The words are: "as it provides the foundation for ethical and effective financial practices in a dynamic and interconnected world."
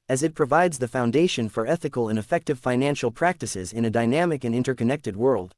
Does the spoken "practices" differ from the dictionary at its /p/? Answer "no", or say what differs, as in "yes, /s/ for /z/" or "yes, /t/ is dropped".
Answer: no